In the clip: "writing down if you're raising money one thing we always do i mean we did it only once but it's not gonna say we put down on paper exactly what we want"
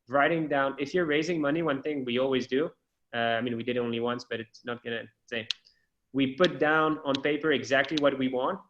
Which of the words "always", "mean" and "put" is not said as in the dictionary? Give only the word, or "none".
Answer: none